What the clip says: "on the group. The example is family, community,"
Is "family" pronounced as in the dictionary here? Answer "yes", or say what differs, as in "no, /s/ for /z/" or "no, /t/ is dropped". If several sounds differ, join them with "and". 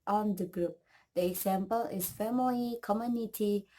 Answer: no, /l/ is dropped